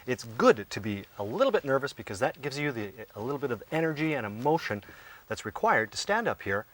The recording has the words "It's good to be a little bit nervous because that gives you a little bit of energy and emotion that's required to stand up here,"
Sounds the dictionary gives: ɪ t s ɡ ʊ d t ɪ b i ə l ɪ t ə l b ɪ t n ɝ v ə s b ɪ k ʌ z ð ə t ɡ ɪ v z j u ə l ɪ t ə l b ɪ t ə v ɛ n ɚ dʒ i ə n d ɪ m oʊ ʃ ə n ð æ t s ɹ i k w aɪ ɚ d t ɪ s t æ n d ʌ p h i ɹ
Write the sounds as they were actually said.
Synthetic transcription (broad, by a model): ɪ t s ɡ ʊ d t ɪ b i ə l ɪ t l b ɪ t n ɝ v ə s b ɪ k ʌ z ð ə t ɡ ɪ v z j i ə l ɪ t l b ɪ t ə v ɛ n ɚ dʒ i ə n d ɪ m oʊ ʃ ə n ð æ t s ɹ i k w aɪ ɚ d t ɪ s t æ n d ʌ p h i ɹ